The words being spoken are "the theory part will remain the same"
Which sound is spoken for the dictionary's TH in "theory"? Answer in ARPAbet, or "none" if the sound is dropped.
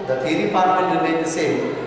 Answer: T